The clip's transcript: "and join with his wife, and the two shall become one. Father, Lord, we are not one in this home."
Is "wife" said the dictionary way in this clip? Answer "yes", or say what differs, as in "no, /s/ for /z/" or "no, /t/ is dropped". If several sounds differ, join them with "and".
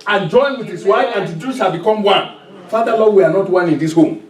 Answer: no, /f/ is dropped